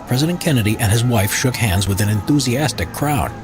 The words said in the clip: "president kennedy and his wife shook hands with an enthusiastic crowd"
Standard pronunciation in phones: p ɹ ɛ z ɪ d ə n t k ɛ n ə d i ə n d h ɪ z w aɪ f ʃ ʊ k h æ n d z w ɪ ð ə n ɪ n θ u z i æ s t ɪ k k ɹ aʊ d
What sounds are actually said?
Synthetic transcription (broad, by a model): p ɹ ɛ z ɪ d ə n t k ɛ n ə d i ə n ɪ z w aɪ f ʃ ʊ k h æ n d z w ɪ ð ə n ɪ n θ u z i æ s t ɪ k k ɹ aʊ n